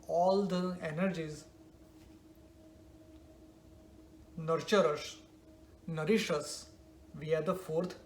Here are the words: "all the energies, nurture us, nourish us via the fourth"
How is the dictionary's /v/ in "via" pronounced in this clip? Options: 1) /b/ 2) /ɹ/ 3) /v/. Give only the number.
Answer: 3